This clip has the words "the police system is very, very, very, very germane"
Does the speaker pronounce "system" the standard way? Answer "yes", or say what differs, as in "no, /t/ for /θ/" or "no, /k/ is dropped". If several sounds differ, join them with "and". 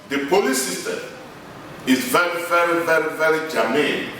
no, /m/ is dropped